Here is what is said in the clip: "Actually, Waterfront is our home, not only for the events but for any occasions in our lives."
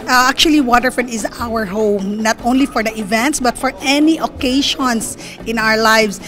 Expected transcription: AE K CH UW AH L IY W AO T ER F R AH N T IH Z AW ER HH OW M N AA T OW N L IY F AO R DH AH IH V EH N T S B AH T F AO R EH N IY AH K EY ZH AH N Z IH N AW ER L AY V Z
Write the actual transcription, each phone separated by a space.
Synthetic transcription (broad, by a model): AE K CH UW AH L IY W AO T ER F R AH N IH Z AW ER HH OW M N AA T OW N L IY F AO R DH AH IH V EH N T S B AH T F AO R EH N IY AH K EY SH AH N S IH N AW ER L AY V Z